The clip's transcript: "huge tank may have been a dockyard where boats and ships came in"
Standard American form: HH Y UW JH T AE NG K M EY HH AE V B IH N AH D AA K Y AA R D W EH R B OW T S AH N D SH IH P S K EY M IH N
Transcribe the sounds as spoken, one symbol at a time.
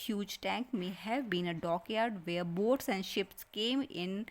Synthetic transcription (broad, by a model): HH Y UW JH T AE NG K M EY HH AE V B IH N AH D AA K Y AA R D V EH R B OW T S AH N D SH IH P S K EY M IH N